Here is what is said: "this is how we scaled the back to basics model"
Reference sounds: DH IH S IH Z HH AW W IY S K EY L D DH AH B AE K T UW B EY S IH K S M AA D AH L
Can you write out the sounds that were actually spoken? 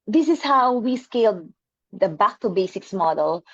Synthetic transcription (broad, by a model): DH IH S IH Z HH AW W IY S K EY L D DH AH B AE K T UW B EY S IH K S M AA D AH L